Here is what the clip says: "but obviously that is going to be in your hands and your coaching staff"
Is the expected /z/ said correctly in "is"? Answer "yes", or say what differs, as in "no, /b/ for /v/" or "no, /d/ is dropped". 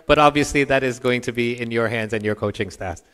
yes